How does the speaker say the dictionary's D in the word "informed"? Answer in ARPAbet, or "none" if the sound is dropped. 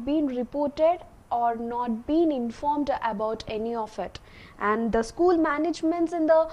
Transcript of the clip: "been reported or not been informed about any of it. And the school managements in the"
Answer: D